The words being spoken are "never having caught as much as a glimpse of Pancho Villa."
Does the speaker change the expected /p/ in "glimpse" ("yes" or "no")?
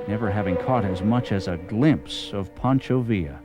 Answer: no